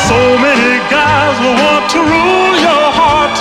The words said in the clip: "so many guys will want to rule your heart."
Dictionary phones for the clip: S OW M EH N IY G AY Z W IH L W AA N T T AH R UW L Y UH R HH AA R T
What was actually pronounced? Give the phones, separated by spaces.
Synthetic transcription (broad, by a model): S OW M EH N IY G AY Z W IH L W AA N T T AH R UW L Y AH R HH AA R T